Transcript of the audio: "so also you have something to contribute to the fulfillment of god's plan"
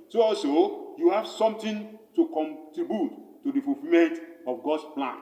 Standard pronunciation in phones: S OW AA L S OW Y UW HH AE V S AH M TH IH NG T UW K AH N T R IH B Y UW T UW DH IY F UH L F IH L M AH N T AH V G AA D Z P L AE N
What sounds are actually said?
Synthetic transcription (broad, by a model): S OW AA L S OW Y UW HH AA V S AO M T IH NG T UW K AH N T R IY B Y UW T UW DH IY F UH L F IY M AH N T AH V G AA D S P L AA N